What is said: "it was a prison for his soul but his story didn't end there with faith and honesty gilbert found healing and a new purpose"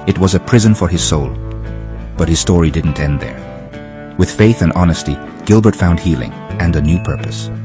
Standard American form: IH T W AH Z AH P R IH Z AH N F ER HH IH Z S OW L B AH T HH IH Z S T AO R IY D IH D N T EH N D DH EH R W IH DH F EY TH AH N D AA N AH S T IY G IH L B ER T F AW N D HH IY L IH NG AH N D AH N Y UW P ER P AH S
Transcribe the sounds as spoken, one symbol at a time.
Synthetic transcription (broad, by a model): IH T W AH Z AH P R IH Z AH N F ER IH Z S OW L B AH T HH IH Z S T AO R IY D IH D N T EH N DH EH R W IH DH F EY TH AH N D AA N AH S T IY G IH L B ER T F AW N D HH IY L IH NG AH N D AH N Y UW P ER P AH S